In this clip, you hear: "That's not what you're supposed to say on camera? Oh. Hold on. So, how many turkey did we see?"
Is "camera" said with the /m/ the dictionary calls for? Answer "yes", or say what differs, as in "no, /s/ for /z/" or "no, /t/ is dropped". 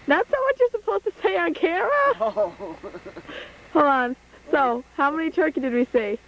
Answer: no, /m/ is dropped